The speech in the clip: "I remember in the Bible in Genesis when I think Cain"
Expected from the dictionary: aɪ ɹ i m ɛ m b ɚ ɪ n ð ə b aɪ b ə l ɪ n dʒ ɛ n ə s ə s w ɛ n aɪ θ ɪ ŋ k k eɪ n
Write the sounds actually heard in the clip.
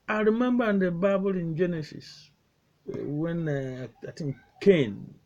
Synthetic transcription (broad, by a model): aɪ ɹ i m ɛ m b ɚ ɪ n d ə b aɪ b ə l ɪ n dʒ ɛ n ə s ə s w ɛ n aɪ t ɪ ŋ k k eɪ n